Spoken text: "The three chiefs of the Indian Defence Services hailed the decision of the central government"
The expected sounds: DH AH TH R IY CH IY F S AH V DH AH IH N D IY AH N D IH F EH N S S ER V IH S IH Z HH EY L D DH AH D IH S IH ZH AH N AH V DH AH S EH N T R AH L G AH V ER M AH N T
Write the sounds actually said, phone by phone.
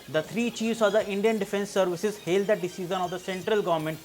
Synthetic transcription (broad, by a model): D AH T R IY CH IY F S AH V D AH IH N D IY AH N D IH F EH N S S ER V IH S IH Z HH EY L D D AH D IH S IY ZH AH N AH V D AH S EH N T R AH L G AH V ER M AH N T